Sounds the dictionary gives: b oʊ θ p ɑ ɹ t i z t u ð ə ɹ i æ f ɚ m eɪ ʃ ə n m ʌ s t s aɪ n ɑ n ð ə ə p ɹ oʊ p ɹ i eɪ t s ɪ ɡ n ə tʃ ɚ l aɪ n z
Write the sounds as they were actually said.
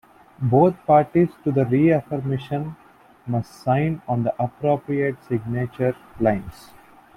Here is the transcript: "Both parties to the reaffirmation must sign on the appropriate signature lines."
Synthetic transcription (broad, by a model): b oʊ t p ɑ ɹ t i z t u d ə ɹ i æ f ɚ m eɪ ʃ ə n m ʌ s t s aɪ n ɑ n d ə ə p ɹ oʊ p ɹ i eɪ t s ɪ ɡ n ə tʃ ɚ l aɪ n s